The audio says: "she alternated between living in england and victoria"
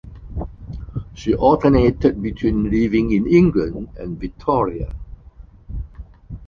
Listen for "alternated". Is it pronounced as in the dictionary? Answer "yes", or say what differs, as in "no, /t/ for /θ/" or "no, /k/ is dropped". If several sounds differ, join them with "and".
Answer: no, /l/ is dropped